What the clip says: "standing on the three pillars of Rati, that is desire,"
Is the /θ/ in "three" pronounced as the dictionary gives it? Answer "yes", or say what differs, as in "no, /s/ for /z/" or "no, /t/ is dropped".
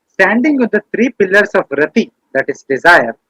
no, /t/ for /θ/